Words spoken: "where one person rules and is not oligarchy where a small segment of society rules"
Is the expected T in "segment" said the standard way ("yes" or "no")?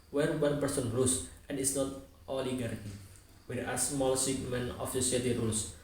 no